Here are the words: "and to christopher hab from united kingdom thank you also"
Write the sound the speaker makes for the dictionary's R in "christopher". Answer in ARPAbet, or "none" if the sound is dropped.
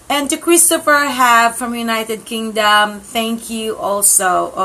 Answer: R